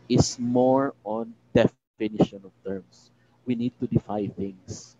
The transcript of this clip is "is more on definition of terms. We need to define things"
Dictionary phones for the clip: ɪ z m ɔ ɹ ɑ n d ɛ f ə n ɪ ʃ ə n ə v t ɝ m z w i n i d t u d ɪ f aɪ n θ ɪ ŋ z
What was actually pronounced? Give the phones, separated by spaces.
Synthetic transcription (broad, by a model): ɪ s m ɔ ɹ ɑ n d ɛ f ə n ɪ ʃ ə n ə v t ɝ m s w i n i d t u d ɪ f aɪ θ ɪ ŋ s